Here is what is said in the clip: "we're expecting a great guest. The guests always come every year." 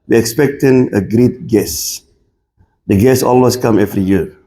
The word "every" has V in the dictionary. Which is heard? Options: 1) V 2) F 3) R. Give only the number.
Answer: 2